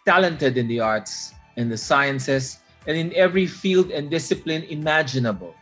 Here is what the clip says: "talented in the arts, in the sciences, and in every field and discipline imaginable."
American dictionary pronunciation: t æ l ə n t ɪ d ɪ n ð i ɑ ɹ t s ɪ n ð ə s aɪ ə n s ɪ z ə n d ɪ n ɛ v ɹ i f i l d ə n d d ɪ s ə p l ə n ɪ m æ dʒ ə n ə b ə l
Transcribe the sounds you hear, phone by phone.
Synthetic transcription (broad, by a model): t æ l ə n t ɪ d ɪ n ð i ɑ ɹ t s ɪ n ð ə s aɪ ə n s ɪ s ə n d ɪ n ɛ v ɹ i f i l d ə n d d ɪ s ə p l ə n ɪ m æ dʒ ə n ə b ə l